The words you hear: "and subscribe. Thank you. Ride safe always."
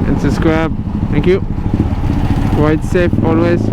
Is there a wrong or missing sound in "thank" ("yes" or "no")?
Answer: no